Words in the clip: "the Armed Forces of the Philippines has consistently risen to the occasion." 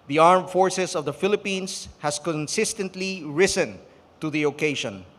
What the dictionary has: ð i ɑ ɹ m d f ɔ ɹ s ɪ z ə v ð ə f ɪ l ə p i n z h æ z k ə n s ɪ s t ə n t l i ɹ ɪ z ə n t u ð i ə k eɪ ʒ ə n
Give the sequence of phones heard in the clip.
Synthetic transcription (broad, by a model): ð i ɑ ɹ m f ɔ ɹ s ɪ s ə v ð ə f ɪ l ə p i n s h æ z k ə n s ɪ s t ə n t l i ɹ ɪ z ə n t u ð i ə k eɪ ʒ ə n